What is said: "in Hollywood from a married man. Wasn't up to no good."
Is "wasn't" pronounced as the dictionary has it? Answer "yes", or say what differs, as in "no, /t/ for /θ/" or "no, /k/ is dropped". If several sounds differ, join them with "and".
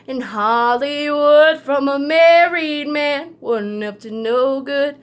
no, /t/ is dropped